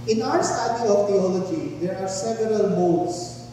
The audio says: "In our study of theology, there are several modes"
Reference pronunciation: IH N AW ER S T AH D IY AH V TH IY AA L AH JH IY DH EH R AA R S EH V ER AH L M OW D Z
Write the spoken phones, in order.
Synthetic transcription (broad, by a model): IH N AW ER S T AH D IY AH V T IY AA L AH JH IY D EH R AA R S EH V ER AH L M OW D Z